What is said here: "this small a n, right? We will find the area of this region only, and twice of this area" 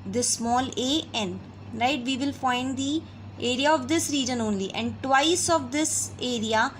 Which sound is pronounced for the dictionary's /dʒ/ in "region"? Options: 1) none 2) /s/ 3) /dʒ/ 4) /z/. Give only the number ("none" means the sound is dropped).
3